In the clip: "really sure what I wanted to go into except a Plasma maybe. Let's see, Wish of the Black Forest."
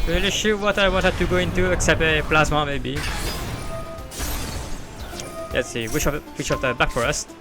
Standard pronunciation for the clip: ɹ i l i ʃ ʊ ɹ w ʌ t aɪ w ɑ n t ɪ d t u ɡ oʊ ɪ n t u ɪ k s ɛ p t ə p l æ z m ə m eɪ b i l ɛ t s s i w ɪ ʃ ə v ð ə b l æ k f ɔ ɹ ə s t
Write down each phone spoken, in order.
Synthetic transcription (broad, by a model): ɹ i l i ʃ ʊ w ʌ t aɪ w ɑ n t ɪ d t u ɡ oʊ ɪ n t u ɪ k s ɛ p t ə p l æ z m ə m eɪ b i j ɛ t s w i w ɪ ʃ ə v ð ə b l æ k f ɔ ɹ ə s